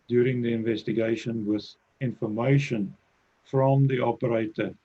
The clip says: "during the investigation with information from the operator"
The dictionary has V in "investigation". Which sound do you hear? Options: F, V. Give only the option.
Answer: V